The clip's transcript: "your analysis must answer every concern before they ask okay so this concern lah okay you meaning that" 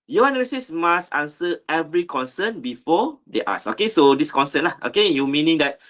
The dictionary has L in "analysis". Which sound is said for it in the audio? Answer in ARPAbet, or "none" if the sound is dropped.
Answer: none